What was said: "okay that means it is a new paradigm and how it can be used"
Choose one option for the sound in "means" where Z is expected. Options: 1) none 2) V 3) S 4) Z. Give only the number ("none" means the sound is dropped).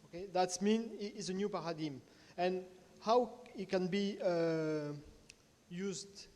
1